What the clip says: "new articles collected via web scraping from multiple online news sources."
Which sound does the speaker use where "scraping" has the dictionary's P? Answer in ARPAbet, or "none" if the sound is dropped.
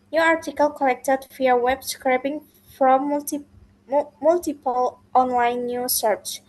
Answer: B